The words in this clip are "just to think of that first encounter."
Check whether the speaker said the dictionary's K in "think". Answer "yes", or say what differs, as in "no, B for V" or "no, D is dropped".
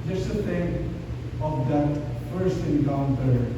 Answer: no, K is dropped